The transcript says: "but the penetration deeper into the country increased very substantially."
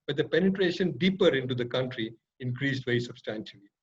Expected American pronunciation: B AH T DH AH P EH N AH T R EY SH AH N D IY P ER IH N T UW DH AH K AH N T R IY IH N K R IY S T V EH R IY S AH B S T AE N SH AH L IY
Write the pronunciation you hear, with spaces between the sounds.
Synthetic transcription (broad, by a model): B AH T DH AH P EH N AH T R EY SH AH N D IY P ER IH N T UW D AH K AH N T R IY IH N K R IY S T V EH IY S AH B S T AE N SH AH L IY